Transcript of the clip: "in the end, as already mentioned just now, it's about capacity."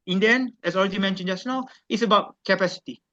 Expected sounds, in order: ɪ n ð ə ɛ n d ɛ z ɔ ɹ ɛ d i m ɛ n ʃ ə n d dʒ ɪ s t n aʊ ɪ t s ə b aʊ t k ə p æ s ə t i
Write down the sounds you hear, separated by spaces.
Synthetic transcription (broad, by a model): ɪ n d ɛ n ɛ s ɔ ɹ ɛ d i m ɛ n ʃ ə n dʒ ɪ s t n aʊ ɪ t s ə b aʊ t k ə p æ s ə t i